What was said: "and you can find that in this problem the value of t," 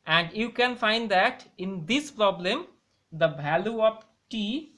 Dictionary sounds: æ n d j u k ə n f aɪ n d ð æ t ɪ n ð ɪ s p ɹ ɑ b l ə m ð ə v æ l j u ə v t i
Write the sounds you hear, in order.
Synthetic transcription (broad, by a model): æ n d j u k ə n f aɪ n d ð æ t ɪ n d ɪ s p ɹ ɑ b l ə m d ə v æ l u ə p t i